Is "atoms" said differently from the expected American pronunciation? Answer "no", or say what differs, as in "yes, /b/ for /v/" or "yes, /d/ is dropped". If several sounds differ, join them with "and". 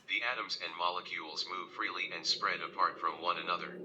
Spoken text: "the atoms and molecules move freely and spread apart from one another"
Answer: no